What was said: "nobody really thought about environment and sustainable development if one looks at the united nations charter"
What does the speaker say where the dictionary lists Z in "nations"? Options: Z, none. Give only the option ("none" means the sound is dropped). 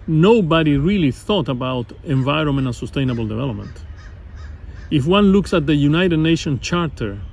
none